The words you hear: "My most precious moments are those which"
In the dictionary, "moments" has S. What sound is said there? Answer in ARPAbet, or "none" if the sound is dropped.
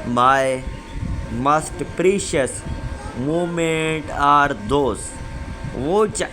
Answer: none